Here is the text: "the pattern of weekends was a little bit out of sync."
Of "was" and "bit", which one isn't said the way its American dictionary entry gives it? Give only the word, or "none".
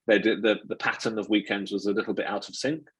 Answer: none